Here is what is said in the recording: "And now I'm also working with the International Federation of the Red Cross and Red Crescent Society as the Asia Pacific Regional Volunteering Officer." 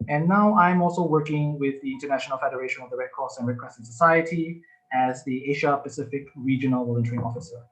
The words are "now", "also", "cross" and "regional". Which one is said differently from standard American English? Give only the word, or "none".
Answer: cross